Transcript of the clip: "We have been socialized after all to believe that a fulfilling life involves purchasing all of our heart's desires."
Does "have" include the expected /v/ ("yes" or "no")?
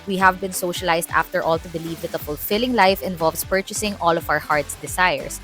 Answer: yes